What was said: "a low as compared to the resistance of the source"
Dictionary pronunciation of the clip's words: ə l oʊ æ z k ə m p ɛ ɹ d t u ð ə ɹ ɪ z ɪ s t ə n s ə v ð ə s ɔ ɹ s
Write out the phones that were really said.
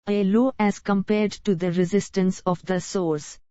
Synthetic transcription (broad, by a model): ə l oʊ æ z k ə m p ɛ ɹ d t u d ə ɹ ɪ z ɪ s t ə n s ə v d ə s ɔ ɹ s